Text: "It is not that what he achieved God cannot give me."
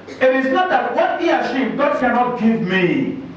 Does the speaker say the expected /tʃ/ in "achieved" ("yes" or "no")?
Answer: no